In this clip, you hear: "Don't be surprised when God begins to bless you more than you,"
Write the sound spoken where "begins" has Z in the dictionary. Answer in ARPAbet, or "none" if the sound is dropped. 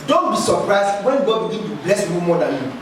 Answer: none